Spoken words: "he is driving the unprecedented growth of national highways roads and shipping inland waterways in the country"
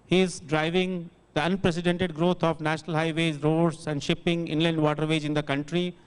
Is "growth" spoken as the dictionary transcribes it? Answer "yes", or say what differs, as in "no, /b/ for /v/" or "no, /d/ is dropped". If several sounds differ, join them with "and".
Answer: no, /t/ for /θ/